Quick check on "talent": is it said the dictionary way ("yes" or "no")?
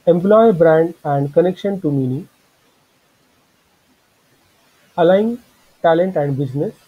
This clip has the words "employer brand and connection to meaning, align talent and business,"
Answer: yes